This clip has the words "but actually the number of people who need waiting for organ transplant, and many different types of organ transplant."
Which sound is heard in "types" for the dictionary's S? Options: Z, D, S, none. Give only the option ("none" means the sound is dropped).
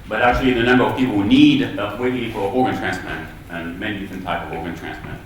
none